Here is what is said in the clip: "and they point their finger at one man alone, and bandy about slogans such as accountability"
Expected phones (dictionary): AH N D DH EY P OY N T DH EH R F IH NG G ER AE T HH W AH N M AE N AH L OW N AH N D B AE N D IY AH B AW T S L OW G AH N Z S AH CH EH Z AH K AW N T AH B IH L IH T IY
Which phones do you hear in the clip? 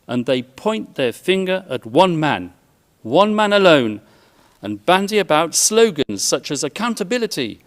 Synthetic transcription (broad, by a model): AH N DH EY P OY N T DH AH R F IH NG G ER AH T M W AH N M AE N AH L OW N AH N B AE N D IY AH B AW T S L OW G AH N Z S AH CH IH Z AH K AW N T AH B IH L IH T IY